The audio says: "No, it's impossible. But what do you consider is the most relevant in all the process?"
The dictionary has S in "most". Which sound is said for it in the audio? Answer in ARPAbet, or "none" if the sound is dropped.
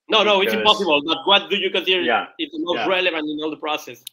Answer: none